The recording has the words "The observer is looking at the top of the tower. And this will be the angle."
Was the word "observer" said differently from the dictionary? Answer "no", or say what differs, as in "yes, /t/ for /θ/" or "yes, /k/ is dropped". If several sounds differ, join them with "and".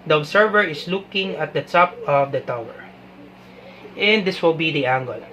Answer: yes, /s/ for /z/